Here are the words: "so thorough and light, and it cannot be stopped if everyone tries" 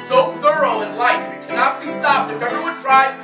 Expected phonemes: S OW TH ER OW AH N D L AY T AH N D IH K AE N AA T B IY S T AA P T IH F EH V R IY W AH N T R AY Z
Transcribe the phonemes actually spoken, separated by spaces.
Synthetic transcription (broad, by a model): S OW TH ER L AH N L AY AH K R IH K AE N AA T B IY S T AA P T IH F EH V R IY W AH N T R AY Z